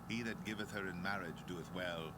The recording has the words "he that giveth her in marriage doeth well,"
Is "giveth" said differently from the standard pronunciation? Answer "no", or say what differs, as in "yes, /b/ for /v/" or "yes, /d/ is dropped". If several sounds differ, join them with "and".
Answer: no